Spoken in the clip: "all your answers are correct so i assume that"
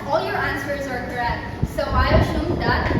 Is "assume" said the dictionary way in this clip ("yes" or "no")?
no